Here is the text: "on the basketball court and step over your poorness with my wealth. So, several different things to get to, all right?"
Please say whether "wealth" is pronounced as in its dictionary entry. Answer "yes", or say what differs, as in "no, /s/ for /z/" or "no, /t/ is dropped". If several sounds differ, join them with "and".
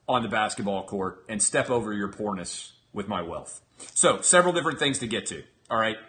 yes